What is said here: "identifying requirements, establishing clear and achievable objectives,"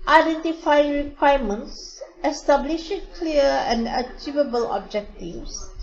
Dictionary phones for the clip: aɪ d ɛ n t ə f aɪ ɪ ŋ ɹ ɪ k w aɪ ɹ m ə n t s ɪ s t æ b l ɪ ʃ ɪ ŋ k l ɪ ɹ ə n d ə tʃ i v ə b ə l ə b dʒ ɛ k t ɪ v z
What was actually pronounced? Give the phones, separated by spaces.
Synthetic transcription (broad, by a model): aɪ d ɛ n t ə f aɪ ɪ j ɹ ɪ k w aɪ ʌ m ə n t s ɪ s t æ b l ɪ ʃ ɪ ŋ k l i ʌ ə n d ə tʃ i v ə b ə l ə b dʒ ɛ k t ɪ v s